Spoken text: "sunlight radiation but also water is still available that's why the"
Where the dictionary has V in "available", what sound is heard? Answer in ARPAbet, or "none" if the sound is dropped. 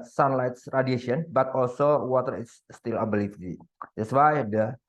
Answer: B